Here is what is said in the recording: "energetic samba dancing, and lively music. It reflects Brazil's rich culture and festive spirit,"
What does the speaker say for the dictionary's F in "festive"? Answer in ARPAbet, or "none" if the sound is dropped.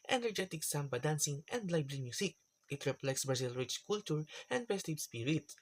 P